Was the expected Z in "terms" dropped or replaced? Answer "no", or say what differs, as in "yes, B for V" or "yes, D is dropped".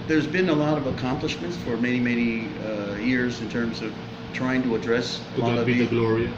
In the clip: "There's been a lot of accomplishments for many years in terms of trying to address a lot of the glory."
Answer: no